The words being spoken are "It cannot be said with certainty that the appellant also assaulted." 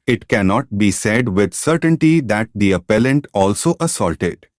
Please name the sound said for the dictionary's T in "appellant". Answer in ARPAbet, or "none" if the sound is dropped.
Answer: T